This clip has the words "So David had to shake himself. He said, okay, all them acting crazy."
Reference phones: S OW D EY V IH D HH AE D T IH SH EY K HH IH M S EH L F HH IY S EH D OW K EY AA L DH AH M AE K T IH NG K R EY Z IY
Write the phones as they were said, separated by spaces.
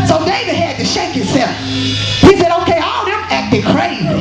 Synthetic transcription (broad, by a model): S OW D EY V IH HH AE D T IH SH EY K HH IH S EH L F HH IY S EH D OW K EY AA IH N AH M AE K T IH K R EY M